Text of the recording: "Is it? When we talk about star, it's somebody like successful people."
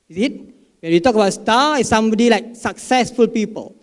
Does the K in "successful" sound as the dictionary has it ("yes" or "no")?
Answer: yes